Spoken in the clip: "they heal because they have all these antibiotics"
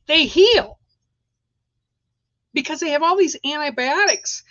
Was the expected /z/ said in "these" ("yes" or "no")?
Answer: yes